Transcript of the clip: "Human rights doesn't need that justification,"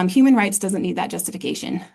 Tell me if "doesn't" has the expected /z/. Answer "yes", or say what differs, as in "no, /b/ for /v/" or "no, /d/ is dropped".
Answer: yes